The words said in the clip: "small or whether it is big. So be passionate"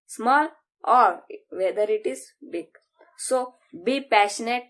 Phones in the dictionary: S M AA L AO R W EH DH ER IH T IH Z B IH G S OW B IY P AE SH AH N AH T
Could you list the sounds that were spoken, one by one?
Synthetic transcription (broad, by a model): S M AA L AO R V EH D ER IH T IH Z B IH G S OW B IY P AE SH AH N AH T